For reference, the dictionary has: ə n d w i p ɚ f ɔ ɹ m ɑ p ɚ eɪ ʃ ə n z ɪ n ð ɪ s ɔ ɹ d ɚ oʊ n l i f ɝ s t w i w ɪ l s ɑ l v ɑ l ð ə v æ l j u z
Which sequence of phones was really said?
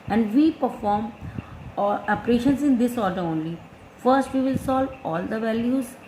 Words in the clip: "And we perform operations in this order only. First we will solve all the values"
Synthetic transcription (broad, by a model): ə n d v i p ɚ f ɔ ɹ m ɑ p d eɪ ʃ ə n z ɪ n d ɪ s ɔ ɹ d ɚ oʊ n l i f ɝ s t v i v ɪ l s ɑ l v ɑ l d ə v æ l j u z